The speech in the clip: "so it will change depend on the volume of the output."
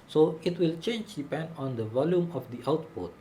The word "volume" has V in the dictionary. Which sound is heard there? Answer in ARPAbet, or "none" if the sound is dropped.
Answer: V